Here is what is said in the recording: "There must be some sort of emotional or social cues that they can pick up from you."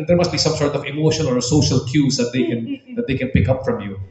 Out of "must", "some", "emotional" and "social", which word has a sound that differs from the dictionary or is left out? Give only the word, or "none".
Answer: emotional